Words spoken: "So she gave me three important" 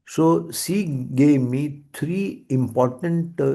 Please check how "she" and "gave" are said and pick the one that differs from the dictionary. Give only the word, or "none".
she